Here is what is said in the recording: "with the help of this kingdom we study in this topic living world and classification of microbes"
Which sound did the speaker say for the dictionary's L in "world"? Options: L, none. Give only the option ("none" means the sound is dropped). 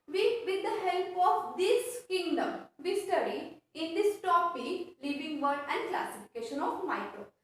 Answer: none